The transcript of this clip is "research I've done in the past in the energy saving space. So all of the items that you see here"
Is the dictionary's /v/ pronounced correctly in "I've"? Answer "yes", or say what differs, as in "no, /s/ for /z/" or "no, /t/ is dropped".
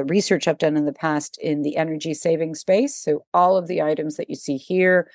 no, /p/ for /v/